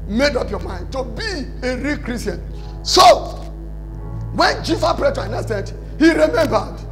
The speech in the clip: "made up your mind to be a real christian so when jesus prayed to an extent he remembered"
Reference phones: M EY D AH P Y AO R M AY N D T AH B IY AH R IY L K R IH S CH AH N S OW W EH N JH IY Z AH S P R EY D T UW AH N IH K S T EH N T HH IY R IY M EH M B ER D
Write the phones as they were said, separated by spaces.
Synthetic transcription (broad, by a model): M EY D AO P Y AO M AY N D T AH B IY AH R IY K R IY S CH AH N S OW W EH N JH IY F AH P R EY T UW AH N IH S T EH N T HH IY R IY M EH M B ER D